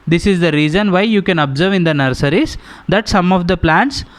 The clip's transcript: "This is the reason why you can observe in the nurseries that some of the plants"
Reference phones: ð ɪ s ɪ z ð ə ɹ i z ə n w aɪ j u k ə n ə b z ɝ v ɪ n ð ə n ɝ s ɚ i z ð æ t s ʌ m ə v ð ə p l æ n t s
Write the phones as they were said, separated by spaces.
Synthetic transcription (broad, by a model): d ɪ s ɪ z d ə ɹ i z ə n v aɪ j u k ə n ə b z ɝ v ɪ n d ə n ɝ s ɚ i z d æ t s ʌ m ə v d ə p l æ n t s